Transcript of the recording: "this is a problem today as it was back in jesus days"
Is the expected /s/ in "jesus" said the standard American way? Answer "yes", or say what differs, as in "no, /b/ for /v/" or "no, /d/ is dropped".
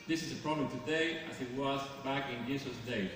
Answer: no, /s/ is dropped